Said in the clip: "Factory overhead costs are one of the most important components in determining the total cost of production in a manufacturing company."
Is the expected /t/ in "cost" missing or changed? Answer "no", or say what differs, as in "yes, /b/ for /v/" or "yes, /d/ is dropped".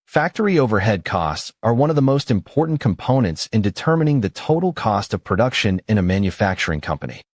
no